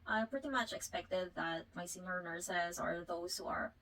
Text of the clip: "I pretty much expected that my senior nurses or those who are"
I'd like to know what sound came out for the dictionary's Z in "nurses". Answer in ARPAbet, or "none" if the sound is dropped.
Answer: Z